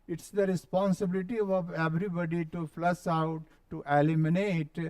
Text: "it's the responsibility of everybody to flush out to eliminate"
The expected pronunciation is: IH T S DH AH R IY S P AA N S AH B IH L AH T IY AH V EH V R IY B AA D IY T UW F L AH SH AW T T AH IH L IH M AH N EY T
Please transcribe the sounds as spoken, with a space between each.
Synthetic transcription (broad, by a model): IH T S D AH R IY S P AA N S AH B IH L AH T IY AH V EH V R IY B AA D IY T UW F L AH S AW T T AH L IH M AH N EY T